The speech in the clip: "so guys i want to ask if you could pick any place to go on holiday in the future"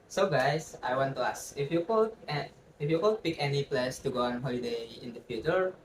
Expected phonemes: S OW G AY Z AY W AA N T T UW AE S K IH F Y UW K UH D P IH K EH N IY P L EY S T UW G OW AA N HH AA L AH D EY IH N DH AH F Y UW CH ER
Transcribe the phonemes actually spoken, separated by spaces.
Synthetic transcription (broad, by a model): S OW G AY S AY W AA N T T UW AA S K IH F Y UW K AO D P IH K EH N IY P L EY S T UW G OW AA N HH AA L AH D EY IH N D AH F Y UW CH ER